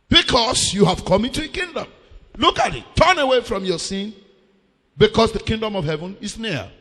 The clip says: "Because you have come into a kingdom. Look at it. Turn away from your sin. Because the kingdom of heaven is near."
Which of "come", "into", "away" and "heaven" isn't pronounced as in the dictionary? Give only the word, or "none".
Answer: none